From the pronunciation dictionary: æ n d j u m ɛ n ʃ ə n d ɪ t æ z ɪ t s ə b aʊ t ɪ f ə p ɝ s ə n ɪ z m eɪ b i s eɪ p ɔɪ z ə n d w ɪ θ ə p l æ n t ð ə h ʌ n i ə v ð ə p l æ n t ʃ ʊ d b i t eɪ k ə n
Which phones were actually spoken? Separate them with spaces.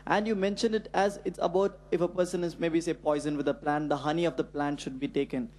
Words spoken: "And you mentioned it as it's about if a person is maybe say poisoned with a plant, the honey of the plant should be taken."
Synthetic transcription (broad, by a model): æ n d j u m ɛ n ʃ ə n d ɪ t æ z ɪ t s ə b aʊ t ɪ f ə p ɝ s ə n ɪ z m eɪ b i s eɪ p ɔɪ z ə n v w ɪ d ə p l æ n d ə h ʌ n i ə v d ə p l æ n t ʃ ʊ d b i t eɪ k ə n